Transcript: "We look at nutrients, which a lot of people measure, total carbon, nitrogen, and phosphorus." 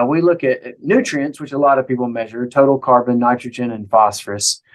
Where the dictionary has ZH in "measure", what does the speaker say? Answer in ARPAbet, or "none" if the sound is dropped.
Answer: ZH